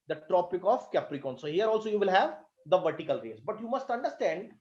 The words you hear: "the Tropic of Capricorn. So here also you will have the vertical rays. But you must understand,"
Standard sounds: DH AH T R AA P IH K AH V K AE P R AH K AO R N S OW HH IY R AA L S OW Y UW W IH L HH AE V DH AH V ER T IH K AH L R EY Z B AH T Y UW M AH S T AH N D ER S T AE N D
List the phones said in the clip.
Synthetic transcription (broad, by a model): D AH T R AA P IH K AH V K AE P R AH K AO N S OW HH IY R AA L S OW Y UW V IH L HH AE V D AH V ER T IH K AH L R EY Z B AH T Y UW M AH S T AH N D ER S T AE N D